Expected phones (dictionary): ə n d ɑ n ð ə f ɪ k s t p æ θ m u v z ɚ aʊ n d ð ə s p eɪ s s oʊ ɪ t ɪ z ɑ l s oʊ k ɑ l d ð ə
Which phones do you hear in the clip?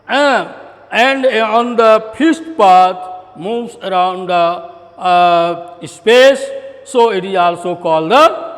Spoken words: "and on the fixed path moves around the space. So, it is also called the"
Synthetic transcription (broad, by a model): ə n d ɑ n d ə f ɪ s t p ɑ t m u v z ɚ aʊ n d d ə s p eɪ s s oʊ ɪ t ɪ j ɑ l s oʊ k ɑ l d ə